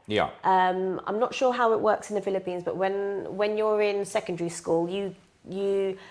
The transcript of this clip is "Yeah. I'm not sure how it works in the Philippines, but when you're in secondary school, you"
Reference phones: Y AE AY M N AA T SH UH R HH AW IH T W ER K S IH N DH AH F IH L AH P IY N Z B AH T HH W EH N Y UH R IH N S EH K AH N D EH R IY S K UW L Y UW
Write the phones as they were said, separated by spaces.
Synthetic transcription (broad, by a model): Y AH AY M N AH T SH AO HH AW IH T W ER K S IH N DH AH F IH L AH P IY N Z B AH T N W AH N Y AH R IH N S EH K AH N D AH R IY S K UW L Y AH